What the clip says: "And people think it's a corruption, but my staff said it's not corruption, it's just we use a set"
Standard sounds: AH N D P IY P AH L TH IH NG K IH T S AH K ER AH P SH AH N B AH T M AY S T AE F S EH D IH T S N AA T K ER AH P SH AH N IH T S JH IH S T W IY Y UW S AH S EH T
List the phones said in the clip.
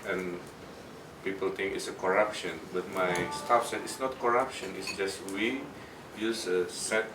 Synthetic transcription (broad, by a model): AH N P IY P AH L T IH NG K IH T S AH K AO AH P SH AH N B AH T M AY S T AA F S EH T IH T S N AA T K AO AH P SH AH N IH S JH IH S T W IY Y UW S AH S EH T